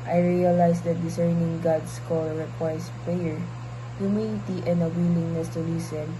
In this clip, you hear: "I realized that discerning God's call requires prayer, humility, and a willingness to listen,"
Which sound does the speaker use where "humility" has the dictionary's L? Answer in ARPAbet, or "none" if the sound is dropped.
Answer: N